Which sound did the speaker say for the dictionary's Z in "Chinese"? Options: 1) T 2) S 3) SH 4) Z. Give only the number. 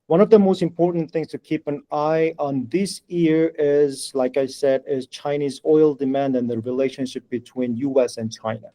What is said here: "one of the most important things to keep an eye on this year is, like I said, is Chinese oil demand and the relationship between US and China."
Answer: 4